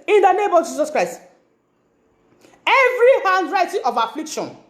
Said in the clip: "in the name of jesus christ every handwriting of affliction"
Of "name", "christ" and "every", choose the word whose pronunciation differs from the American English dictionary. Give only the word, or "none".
none